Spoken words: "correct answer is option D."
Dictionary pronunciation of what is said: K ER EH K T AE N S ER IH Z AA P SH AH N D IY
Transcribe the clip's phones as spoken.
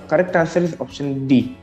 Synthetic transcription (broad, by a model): K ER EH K T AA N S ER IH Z AA P SH AH N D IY